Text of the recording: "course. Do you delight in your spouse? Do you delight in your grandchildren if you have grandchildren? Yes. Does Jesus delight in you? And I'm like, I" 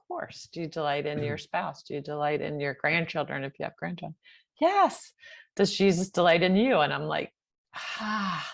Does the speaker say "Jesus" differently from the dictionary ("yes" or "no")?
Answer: no